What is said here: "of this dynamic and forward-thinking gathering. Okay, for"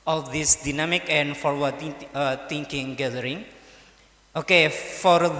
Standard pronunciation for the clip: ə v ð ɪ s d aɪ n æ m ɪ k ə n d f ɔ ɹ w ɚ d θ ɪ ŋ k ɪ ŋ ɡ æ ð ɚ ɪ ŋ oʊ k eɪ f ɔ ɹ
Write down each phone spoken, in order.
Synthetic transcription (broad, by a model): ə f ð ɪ s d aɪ n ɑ m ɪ k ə n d f ɔ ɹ w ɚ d t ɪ ŋ k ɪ ŋ ɡ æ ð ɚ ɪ ŋ oʊ k eɪ f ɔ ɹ